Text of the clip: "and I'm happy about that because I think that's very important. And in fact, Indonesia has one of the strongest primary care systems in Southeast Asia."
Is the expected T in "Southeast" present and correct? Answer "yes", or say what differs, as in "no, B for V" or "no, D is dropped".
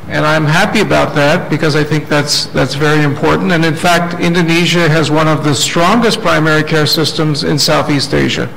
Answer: yes